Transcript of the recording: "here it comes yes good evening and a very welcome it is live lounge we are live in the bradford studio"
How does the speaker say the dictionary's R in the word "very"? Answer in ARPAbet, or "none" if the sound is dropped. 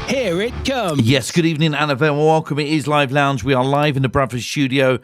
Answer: W